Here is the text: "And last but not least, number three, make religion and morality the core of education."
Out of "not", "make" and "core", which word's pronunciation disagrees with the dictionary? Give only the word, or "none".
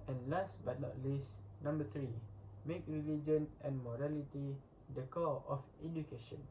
core